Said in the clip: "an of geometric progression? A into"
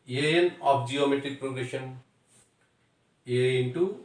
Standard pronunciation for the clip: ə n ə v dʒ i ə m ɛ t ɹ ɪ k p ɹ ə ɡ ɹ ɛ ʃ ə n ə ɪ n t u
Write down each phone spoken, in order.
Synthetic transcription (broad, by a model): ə n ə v dʒ i ə m ɛ t ɹ ɪ k p ɹ ə ɡ ɹ ɛ ʃ ə n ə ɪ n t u